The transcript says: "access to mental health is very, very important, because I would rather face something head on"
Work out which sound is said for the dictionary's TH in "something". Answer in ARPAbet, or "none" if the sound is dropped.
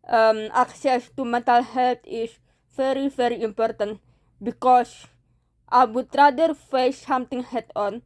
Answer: T